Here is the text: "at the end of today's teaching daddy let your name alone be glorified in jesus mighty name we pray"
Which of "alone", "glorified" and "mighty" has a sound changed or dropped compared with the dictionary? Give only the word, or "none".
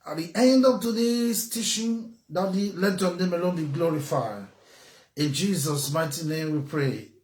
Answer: glorified